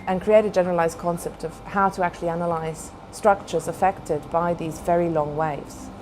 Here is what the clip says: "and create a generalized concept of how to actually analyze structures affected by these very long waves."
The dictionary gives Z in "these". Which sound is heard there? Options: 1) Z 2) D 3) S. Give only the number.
1